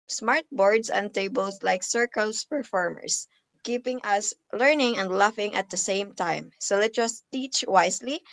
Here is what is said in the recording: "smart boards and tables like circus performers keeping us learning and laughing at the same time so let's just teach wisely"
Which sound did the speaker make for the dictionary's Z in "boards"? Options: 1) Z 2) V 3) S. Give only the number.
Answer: 3